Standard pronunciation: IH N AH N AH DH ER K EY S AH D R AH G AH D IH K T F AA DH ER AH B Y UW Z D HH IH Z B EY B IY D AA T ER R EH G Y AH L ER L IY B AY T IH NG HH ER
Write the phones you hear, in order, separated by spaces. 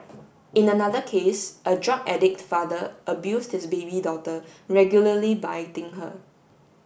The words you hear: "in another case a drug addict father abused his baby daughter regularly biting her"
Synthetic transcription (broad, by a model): IH N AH N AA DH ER K EY S AH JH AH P AH D IH K T F AA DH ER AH B Y UW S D HH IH S B EY B IY D AA T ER R EH G Y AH L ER L IY B AY T IH NG HH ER